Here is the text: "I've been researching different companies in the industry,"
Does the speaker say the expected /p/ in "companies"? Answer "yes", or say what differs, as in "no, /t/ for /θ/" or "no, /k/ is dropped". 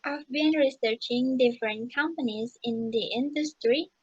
yes